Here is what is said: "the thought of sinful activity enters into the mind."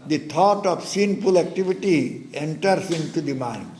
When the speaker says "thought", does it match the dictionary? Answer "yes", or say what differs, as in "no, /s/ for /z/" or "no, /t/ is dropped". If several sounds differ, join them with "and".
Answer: no, /t/ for /θ/